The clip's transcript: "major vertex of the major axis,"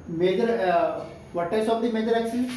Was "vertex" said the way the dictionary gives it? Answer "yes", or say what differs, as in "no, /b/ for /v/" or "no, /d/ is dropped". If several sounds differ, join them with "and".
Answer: no, /k/ is dropped